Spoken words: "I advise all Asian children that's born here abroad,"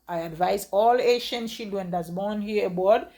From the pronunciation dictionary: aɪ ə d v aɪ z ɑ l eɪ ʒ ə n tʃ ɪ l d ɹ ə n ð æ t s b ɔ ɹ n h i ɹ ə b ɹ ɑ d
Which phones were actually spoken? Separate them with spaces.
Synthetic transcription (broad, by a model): aɪ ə d v aɪ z ɑ l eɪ ʃ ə n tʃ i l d w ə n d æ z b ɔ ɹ n h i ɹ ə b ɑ d